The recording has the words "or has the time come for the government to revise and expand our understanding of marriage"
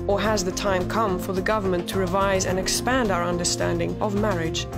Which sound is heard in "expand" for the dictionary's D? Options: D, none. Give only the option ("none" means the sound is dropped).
D